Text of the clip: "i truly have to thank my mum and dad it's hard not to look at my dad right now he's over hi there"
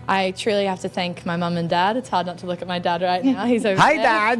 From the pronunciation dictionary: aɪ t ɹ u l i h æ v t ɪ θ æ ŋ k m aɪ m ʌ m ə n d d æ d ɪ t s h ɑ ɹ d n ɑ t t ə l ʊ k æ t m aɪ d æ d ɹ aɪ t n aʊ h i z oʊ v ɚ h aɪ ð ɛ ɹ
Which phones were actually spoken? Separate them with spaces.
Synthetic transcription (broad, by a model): aɪ t ɹ u l i h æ f t ɪ θ æ ŋ k m aɪ m ʌ m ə n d d æ d ɪ t s h ɑ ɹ d n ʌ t t ə l ʊ k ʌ t m aɪ d æ d ɹ aɪ t n aʊ h i z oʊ ʊ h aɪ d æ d